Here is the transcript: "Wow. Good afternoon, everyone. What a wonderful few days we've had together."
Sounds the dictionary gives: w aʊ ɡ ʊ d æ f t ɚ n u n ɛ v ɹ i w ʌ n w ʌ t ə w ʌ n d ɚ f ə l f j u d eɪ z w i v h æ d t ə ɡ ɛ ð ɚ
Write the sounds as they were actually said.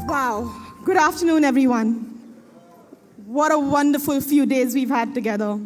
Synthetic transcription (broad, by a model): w aʊ ɡ ʊ d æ f t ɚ n u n ɛ v ɹ i w ʌ n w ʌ t ə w ʌ n d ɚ f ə l f j u d eɪ z w i v h æ d t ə ɡ ɛ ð ɚ